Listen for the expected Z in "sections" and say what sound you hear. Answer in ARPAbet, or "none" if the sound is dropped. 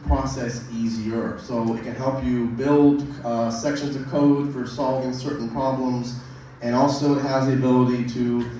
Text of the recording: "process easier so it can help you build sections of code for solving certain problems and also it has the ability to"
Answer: Z